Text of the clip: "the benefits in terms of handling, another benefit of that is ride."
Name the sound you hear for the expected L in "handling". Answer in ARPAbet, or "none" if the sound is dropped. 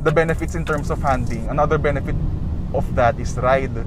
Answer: none